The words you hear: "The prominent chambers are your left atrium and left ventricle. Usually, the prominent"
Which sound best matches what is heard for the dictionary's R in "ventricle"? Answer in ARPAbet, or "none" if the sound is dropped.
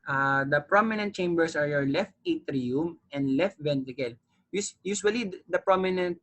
none